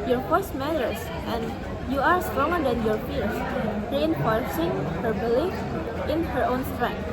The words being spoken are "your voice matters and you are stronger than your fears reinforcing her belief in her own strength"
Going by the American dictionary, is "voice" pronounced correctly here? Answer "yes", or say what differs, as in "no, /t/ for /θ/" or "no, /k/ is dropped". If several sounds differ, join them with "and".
no, /f/ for /v/